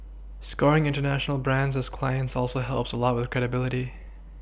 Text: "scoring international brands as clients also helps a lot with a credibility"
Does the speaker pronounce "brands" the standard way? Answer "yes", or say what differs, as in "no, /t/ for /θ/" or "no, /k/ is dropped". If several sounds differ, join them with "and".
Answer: yes